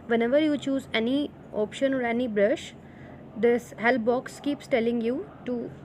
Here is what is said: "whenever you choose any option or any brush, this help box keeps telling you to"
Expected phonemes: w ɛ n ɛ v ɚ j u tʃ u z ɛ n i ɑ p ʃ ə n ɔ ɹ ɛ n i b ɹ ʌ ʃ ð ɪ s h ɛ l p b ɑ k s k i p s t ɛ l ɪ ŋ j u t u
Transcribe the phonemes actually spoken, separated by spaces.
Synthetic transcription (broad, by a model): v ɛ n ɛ v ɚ j u tʃ u z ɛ n i ɑ p ʃ ə n ɔ ɹ ɛ n i b ɹ ʌ ʃ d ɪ s h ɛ l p b ɑ k s k i p s t ɛ l ɪ ŋ j u t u